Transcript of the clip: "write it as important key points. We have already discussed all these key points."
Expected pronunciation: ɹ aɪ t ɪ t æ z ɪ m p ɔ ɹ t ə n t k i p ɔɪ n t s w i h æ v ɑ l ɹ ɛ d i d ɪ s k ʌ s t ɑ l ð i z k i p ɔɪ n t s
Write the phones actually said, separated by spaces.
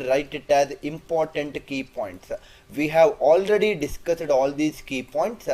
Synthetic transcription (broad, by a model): ɹ aɪ t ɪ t æ z ɪ m p ɔ ɹ t ə n t k i p ɔɪ n t s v i h æ v ɑ l ɹ ɛ d i d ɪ s k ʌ s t ɑ l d i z k i p ɔɪ n t s